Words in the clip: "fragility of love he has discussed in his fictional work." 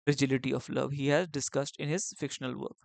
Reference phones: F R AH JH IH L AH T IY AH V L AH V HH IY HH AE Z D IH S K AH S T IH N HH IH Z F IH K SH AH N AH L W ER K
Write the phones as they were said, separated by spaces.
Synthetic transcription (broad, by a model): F R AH JH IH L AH T IY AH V L AH V HH IY HH AE Z D IH S K AH S T IH N HH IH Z F IH K SH AH N AH L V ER K